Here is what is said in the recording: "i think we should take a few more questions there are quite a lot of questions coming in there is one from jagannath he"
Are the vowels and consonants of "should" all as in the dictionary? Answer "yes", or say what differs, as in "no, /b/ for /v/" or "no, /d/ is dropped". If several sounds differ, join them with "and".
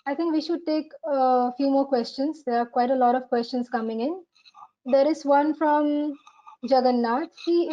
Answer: yes